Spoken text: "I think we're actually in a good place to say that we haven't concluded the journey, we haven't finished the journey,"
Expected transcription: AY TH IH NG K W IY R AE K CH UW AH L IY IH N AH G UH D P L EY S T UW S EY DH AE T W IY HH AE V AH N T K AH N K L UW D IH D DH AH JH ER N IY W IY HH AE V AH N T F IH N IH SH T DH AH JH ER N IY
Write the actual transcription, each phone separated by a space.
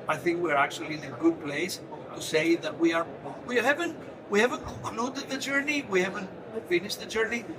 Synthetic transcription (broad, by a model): AY TH IH NG K W IY R AE K CH UW AH L IY IH N AH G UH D P L EY S T UW S EY DH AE T W IY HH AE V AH N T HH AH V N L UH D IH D DH AH JH ER N IY W IY HH AE V AH N T F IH N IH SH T DH AH JH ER N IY